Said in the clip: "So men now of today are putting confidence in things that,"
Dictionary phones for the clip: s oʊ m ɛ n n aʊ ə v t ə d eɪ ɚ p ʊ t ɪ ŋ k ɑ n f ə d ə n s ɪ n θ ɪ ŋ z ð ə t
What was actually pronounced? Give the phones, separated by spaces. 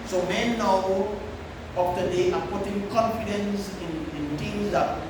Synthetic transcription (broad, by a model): s oʊ m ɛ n n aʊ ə f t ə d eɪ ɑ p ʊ t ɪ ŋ k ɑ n f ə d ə n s ɪ n t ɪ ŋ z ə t